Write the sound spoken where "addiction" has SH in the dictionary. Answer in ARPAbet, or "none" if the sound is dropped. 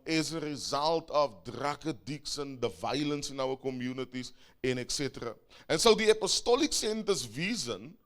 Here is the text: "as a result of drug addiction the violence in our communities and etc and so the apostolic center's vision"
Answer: S